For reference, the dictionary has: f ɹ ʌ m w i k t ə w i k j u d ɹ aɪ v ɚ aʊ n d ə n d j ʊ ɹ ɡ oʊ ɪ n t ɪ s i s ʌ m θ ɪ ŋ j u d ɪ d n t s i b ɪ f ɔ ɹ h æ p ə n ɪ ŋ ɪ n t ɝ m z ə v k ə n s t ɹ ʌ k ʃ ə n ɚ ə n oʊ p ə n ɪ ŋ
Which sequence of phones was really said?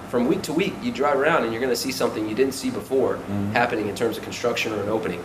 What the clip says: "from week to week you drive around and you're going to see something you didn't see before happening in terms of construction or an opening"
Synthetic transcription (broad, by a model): f ɹ ʌ m w i k t ə w i k j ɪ d ɹ aɪ v ɚ aʊ n d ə n j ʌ ɹ ɡ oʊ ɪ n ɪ s i s ʌ m θ ɪ ŋ j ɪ d ɪ d n t s i b ɪ f ɔ ɹ h æ p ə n ɪ ŋ ɪ n t ɝ m z ə v k n s t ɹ ʌ k ʃ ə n ɚ ə n oʊ p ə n ɪ ŋ